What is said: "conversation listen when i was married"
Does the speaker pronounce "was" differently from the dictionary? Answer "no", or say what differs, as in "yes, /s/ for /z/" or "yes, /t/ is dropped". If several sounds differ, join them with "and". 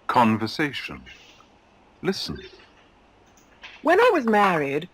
no